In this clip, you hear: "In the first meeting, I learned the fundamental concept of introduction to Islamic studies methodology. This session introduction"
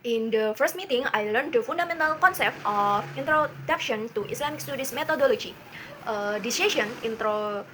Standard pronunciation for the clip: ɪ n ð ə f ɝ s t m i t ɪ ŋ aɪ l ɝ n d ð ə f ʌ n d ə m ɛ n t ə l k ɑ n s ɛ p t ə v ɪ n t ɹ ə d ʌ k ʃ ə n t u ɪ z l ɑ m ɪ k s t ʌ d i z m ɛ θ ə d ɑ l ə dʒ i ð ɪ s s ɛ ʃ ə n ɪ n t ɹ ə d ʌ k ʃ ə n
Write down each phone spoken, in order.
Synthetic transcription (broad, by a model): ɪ n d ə f ɝ s t m i t ɪ ŋ aɪ l ɝ n d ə f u n d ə m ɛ n t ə l k ɑ n s ɛ p t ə f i n t ɹ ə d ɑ k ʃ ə n t u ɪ s l ɑ m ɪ k s t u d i s m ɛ t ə d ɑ l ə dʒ i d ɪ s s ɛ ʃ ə n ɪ n t ɹ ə